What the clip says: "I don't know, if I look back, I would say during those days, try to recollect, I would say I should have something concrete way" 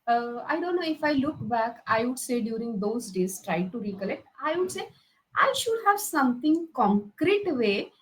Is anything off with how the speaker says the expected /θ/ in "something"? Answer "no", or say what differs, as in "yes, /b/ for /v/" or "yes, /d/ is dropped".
yes, /t/ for /θ/